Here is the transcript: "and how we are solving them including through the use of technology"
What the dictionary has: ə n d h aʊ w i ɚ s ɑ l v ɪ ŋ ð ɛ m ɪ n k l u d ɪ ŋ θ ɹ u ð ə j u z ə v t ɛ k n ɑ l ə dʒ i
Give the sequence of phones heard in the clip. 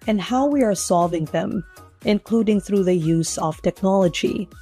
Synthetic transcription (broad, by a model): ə n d h aʊ w i ɚ s ɑ l v ɪ ŋ ð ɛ m ɪ n k l u d ɪ ŋ θ ɹ u ð ə j u z ə v t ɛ k n ɑ l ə dʒ i